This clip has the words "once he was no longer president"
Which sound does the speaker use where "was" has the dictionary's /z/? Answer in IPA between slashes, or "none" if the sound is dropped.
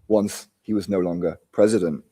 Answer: /z/